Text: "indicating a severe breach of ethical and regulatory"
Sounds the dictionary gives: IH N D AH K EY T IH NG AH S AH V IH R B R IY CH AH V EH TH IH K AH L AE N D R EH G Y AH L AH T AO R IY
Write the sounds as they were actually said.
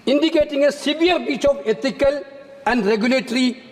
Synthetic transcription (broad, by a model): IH N D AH K EY T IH NG AH S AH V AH R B IY CH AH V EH T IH K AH L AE N D R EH G Y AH L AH T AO R IY